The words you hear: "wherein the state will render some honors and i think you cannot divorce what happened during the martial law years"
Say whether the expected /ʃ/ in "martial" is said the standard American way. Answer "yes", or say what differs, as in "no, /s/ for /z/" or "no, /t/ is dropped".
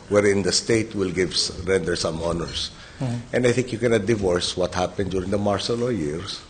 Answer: no, /s/ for /ʃ/